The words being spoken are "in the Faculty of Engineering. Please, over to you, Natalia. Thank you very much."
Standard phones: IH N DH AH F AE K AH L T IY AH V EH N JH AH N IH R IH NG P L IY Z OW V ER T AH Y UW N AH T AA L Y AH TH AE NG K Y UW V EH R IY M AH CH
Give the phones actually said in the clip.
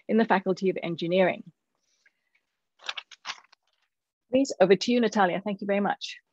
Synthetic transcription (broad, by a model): IH N DH AH F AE K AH L T IY AH V EH N JH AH N IH R IH NG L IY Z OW V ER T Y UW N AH T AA L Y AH TH AE NG K Y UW V EH R IY M AH CH